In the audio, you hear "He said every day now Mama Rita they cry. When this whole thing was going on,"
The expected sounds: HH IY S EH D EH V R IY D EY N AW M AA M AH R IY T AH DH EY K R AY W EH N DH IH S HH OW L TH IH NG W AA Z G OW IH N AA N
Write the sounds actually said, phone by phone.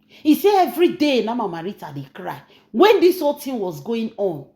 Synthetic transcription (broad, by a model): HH IY S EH EH V R IY D EY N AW M AA M AH R IY T AH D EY K R AY W EH N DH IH S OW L T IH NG W AA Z G OW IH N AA N